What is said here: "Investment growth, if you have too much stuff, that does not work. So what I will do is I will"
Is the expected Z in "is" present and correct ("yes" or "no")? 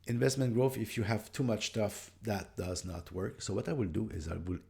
yes